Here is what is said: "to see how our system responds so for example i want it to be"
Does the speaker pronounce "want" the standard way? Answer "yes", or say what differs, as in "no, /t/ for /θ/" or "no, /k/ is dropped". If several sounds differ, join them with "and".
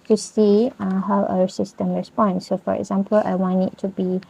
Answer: no, /t/ is dropped